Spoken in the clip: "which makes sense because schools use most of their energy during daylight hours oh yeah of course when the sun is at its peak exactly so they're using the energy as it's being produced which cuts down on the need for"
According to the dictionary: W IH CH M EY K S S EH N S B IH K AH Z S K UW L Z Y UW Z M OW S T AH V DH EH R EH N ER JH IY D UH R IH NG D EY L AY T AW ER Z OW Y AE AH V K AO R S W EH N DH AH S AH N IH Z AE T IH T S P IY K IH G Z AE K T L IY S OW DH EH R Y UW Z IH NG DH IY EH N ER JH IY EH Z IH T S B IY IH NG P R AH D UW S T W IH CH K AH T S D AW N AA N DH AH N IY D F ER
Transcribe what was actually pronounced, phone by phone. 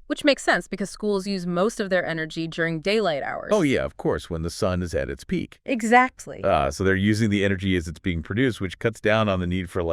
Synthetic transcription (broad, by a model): W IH CH M EY K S S EH N S B IH K AH Z S K UW L Z Y UW Z M OW S T AH V DH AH R EH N ER JH IY D UH R IH NG D EY L AY T AW ER OW Y AE AH V K AO R S W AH N DH AH S AH N IH Z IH T IH T S P IY K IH G Z AE K T L IY S OW DH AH R Y UW Z IH NG DH IY EH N ER JH IY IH Z IH T S B IY IH NG P R AH D UW S T W IH CH K AH T S D AW N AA N DH AH N IY D F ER